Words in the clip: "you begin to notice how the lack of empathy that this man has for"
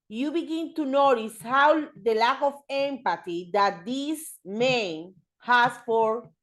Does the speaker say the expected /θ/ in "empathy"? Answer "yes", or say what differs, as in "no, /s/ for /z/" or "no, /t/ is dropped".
no, /t/ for /θ/